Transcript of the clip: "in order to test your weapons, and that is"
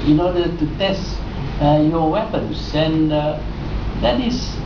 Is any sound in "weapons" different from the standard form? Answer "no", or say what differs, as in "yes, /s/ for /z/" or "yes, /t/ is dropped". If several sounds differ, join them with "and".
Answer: yes, /s/ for /z/